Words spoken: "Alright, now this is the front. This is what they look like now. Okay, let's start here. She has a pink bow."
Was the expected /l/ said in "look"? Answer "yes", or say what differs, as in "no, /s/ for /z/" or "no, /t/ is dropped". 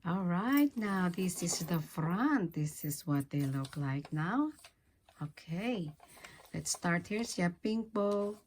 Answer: yes